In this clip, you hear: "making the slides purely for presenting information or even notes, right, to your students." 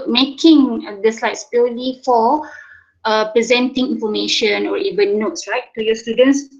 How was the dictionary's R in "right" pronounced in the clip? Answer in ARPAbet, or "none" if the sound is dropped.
L